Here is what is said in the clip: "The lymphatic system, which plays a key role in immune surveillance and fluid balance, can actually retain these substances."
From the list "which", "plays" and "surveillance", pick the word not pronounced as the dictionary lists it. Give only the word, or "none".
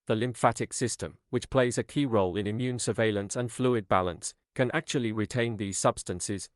none